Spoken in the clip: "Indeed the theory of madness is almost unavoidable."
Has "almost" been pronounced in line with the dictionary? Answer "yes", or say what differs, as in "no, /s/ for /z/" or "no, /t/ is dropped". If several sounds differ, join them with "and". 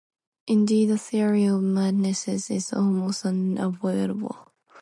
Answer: no, /t/ is dropped